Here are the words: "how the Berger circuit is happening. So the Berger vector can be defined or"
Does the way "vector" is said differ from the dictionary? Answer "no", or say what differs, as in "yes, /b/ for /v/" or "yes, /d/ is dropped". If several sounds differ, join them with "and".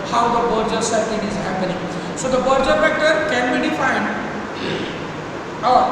yes, /f/ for /v/